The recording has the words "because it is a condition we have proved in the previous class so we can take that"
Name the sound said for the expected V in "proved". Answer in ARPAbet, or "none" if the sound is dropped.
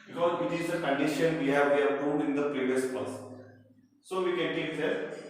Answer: none